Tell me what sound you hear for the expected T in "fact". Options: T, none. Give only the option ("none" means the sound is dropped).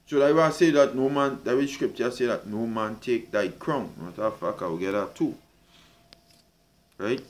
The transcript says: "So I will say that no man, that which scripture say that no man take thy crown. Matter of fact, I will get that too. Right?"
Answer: none